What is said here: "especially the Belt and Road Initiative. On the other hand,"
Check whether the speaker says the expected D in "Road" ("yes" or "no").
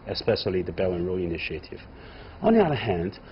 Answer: no